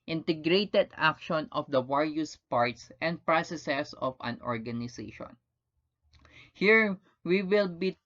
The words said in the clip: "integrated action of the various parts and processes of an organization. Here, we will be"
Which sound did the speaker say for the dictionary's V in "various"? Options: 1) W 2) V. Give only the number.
1